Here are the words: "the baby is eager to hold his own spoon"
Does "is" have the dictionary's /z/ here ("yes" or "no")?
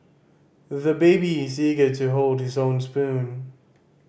yes